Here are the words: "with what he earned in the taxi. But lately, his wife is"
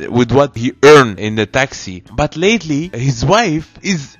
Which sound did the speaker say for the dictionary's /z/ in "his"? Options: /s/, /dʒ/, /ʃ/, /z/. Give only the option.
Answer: /z/